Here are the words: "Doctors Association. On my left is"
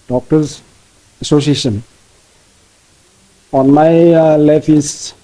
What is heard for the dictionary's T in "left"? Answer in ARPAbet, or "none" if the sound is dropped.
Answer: none